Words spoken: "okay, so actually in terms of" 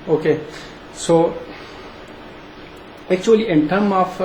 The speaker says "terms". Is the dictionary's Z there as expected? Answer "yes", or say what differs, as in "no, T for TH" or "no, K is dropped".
no, Z is dropped